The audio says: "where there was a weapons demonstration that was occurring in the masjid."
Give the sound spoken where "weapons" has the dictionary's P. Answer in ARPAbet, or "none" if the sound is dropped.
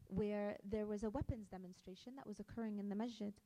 P